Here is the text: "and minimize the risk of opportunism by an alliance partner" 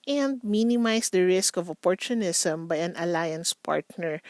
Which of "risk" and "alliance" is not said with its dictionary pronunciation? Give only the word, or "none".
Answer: none